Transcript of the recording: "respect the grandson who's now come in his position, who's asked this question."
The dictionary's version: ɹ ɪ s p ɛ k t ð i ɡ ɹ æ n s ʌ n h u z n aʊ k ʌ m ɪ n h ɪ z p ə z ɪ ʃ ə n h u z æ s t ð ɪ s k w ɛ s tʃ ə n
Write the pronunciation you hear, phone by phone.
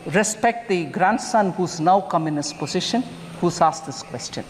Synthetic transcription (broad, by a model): ɹ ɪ s p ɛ k t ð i ɡ ɹ æ n s ʌ n h u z n aʊ k ʌ m ɪ n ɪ s p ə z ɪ ʃ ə n h u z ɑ s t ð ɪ s k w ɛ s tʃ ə n